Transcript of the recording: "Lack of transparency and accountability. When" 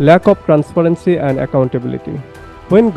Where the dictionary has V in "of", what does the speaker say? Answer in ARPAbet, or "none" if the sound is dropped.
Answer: P